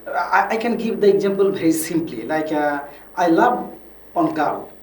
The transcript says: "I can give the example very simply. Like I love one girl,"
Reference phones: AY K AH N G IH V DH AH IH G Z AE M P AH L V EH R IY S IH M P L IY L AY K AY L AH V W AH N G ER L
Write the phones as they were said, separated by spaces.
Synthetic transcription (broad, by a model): AY K AH N G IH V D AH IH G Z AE M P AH L B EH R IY S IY M P L IY L AY K AY L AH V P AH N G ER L